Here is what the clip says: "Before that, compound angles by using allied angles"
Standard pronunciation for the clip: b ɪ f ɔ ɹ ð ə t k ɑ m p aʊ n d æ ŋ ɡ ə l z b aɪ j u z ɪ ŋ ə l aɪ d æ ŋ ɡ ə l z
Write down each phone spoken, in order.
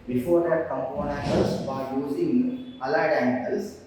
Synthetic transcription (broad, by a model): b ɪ f ɔ ɹ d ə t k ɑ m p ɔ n æ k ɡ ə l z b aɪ j u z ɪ ŋ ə l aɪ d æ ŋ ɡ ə l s